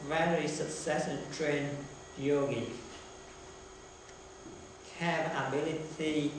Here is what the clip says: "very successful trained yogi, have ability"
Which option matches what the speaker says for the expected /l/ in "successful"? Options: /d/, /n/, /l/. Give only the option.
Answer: /n/